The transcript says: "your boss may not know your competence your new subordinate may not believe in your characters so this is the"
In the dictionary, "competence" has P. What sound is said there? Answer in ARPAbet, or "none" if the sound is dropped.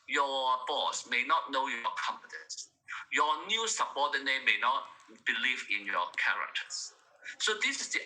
F